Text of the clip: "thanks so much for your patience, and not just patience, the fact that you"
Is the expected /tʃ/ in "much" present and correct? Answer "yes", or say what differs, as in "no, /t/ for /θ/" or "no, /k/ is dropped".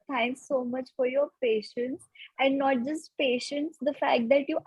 yes